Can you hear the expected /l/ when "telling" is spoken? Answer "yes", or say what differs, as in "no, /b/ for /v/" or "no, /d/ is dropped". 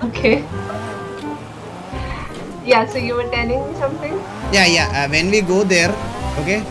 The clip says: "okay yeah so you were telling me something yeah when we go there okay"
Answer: no, /n/ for /l/